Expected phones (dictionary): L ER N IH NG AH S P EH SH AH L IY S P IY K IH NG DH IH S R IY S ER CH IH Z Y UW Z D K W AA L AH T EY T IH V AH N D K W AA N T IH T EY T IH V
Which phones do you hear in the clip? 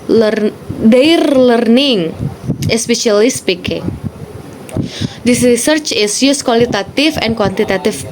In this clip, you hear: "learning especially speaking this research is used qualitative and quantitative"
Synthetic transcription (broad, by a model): L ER N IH NG AH S P EH SH AH L IY S P IY K IH NG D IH S R IY S ER CH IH S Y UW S K W AA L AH T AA T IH F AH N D K W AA N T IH T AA T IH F